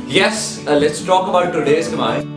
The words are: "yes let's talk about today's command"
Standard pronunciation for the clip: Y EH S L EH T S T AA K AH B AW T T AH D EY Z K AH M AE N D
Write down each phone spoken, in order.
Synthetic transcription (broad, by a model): Y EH S L EH T S T AA K AH B AW T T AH D EY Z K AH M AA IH